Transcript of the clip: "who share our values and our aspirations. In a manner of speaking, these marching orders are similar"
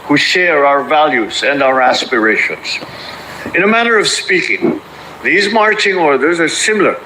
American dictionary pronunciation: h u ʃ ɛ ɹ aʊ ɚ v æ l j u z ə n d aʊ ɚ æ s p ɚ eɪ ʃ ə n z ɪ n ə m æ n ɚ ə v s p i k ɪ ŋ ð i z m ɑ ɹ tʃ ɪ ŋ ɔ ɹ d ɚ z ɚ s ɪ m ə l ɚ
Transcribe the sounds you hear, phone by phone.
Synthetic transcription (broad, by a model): h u ʃ ɛ ɹ aʊ ɚ v æ l j u z ə n d aʊ ɚ æ s p ɚ eɪ ʃ ə n z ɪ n ə m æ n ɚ ə v s p i k ɪ ŋ ð i z m ɑ ɹ tʃ ɪ ŋ ɔ ɹ d ɚ z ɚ s ɪ m l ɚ